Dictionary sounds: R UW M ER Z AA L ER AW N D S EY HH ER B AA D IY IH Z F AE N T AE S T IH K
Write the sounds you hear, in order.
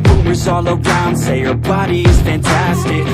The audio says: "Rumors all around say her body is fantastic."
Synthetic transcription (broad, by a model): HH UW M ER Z AA L ER AW N D S EY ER B AA D IY IH Z F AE N T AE S T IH K